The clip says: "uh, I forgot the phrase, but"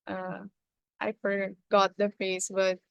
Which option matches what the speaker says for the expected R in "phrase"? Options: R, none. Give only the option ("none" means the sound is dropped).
none